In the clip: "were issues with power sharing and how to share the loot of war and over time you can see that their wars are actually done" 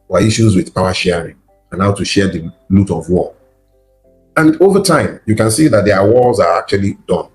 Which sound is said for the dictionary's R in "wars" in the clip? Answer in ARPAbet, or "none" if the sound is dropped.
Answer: L